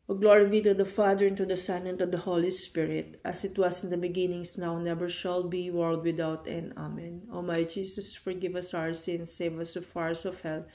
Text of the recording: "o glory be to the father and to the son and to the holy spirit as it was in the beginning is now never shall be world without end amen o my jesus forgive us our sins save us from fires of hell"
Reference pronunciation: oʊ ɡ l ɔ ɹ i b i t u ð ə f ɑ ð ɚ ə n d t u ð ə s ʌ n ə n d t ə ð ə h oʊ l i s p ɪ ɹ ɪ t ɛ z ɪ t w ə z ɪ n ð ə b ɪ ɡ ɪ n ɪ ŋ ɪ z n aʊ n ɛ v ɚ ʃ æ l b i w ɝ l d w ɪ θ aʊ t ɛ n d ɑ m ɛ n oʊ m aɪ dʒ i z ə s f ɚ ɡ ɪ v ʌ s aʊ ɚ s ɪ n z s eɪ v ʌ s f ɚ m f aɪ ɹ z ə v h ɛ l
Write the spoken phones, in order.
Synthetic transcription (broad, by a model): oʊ ɡ l ɔ ɹ i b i t u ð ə f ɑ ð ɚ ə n t u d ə s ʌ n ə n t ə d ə h oʊ l i s p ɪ ɹ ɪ t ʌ s ɪ t w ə s ɪ n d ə b ɪ ɡ ɪ n ɪ ŋ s n aʊ n ɛ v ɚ ʃ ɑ l b i w ɝ l d w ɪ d aʊ t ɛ n ɑ m ɛ n oʊ m aɪ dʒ i s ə s f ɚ ɡ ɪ v ʌ s aʊ ɚ s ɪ n s eɪ v ʌ s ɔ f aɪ ɹ s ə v h ɛ l